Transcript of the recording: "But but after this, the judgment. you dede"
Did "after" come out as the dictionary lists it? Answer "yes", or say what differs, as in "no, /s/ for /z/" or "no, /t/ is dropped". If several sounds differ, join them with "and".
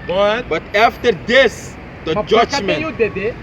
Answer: yes